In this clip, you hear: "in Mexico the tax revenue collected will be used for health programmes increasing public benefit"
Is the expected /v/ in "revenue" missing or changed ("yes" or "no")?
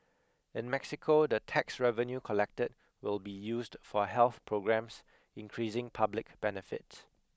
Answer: no